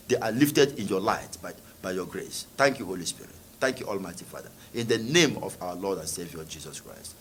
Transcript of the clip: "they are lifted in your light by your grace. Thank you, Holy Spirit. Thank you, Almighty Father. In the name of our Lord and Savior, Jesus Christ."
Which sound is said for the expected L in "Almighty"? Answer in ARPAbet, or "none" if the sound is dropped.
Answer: L